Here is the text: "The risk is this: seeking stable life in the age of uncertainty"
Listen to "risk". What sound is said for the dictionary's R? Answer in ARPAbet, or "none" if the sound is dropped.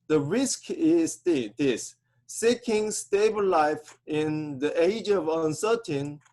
R